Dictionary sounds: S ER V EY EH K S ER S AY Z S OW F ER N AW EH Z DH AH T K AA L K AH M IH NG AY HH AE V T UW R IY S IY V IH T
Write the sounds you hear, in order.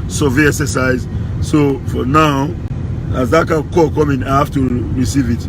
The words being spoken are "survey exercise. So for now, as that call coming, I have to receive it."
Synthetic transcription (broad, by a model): S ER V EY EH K S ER S AY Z S OW F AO N AW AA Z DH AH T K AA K K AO M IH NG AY HH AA F T UW R IY S IY V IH T